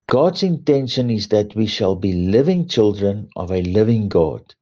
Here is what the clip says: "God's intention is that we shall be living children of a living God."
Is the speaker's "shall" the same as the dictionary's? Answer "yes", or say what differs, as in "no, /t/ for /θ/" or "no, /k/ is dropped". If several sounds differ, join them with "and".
yes